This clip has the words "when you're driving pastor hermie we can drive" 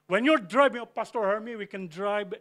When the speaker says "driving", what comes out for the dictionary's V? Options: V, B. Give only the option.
B